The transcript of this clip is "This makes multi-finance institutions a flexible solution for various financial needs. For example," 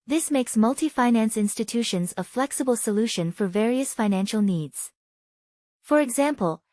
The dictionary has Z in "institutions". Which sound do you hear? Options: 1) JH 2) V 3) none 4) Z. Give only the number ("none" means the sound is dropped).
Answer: 4